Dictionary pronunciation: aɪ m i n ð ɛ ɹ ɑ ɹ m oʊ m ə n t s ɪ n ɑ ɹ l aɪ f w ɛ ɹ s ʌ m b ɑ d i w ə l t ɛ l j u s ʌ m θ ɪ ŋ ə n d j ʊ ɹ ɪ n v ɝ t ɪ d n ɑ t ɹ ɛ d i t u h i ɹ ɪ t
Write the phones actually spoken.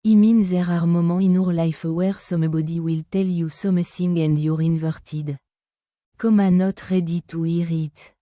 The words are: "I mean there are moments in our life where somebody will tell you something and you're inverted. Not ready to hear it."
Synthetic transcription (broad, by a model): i m i n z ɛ ɹ ɑ ɹ m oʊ m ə ɪ n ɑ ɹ l aɪ f w ɛ ɹ s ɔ m b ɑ d i w ə l t ɛ l j u s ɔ m s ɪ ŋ ə n d j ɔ ɹ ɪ n v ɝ t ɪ d n ɑ t ɹ ɛ d i t u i ɹ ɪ t